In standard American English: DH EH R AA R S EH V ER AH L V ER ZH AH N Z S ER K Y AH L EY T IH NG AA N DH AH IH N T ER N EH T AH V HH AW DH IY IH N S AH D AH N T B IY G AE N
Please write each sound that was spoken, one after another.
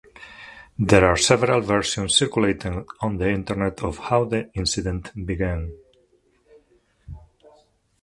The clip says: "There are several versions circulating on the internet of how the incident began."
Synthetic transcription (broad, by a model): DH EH R AA R S EH V ER AH L V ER S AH N S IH K Y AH L EY T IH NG AA N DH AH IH N T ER N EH T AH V HH AW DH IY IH N S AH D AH N T B IY G AE N